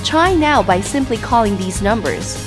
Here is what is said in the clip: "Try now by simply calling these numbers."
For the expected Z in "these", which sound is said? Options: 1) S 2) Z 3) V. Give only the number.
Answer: 2